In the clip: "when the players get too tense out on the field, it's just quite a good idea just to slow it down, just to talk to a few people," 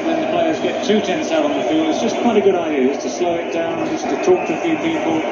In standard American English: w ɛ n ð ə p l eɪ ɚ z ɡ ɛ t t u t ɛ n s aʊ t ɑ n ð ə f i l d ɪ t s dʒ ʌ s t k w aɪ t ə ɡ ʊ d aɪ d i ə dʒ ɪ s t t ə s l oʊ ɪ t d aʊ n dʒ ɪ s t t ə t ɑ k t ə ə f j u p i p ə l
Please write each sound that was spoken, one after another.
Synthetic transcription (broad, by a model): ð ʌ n ð ə p l eɪ ɚ z ɡ ɛ t t u t ɛ n s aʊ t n ð ə f i l d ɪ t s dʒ ʌ s k w aɪ t ə ɡ ʊ d aɪ d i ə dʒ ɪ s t t ə s l oʊ ɪ t d aʊ n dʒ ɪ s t t ə t ɑ k t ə ə f j u p i p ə l